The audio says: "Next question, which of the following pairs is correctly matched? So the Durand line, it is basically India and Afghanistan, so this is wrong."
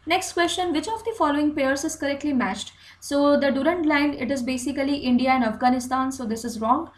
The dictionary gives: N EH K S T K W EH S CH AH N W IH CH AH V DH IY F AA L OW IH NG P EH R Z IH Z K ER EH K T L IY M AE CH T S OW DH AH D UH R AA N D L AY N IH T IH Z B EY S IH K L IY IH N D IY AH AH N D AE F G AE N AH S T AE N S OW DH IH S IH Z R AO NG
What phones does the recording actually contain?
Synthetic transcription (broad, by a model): N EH K S T K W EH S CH AH N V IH CH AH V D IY F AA L OW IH NG P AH R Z IH Z K ER EH K T L IY M AE CH T S OW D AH D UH R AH N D L AY N IH T IH Z B EY S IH K L IY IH N D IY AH AH N D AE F G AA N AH S T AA N S OW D IH S IH Z R AO NG